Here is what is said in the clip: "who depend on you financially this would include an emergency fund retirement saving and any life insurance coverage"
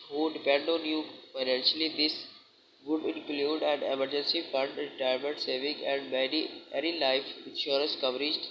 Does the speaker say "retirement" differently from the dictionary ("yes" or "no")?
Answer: yes